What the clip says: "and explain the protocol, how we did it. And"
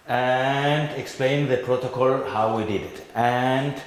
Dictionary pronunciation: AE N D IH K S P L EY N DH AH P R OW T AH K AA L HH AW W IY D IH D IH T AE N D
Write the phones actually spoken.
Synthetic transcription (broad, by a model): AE N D IH K S P L EY N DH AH P R OW T AH K AA L HH AW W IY D IH D IH T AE N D